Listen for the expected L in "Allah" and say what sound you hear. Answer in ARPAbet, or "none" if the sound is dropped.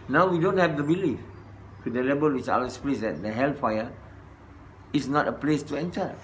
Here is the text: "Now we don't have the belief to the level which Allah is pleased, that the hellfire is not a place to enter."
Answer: none